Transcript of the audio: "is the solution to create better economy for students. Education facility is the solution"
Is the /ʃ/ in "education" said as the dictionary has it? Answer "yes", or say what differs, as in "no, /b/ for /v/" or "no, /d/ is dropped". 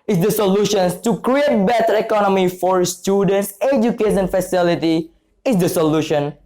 no, /ʃ/ is dropped